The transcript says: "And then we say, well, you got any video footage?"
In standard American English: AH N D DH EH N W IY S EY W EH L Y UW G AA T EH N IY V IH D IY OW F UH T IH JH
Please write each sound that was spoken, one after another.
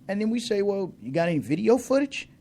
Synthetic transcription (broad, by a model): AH N DH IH N W IY S EY W EH L Y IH G AA T EH N IY V IH D IY OW F UH T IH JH